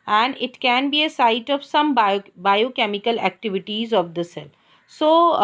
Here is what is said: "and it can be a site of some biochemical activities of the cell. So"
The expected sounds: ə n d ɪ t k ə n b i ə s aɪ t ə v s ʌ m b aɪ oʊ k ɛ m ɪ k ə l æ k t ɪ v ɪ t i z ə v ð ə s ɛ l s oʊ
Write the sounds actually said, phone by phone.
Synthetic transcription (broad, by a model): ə n d ɪ t k ə n b i ə s aɪ t ə v s ʌ m b aɪ oʊ k ɛ m ɪ k ə l æ k t ɪ v ɪ t i z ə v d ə s ɛ l s oʊ